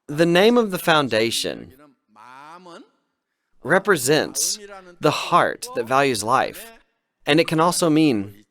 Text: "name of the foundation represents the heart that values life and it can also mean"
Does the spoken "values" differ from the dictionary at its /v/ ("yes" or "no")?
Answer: no